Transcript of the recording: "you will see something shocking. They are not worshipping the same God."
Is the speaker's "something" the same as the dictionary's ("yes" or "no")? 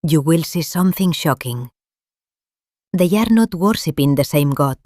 yes